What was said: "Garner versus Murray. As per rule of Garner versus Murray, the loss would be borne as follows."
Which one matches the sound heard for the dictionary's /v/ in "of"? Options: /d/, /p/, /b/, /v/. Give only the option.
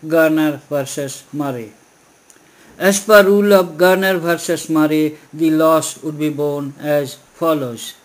/b/